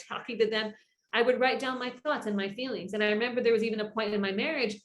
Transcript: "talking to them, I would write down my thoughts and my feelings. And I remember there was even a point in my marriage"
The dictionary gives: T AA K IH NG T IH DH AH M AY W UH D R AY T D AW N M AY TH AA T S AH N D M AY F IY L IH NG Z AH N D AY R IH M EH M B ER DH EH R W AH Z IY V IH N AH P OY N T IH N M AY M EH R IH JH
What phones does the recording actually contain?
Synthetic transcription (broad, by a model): AA K IH NG T IH DH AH M AY W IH D R AY T D AW N M AY TH AA T S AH N M AY F IY L IH NG Z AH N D AY R IH M EH M B ER DH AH R W AH Z IY V IH N AH P OY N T IH N M AY M EH R IH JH